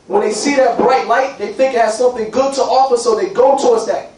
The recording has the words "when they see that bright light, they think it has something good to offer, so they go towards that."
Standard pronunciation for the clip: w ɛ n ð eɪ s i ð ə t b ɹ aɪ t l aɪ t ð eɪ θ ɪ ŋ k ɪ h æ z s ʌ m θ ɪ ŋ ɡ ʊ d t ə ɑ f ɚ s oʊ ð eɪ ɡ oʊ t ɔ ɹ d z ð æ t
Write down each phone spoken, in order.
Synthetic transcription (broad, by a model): w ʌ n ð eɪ s i ð ə t b ɹ aɪ t l aɪ t ð eɪ θ ɪ ŋ k ɪ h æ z s ʌ m θ ɪ ŋ ɡ ʊ d t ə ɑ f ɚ s oʊ ð eɪ ɡ oʊ t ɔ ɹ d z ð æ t